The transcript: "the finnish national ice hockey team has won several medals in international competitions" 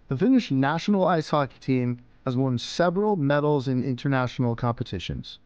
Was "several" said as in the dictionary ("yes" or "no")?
yes